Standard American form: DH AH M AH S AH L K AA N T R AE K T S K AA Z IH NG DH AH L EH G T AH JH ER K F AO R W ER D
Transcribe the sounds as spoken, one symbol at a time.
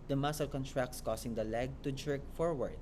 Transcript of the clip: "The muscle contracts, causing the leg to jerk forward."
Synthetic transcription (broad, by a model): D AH M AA S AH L K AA N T R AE K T S K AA S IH NG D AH L EH G T AH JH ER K F AO R W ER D